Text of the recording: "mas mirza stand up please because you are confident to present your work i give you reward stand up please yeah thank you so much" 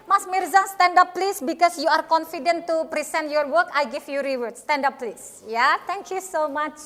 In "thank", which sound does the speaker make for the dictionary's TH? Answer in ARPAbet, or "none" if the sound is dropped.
T